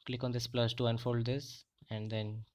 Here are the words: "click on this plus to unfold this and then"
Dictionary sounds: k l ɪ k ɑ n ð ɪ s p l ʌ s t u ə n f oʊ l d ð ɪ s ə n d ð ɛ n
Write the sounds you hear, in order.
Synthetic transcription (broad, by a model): k l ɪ k ɑ n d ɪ s p l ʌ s t u ə n f oʊ l d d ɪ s ə n d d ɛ n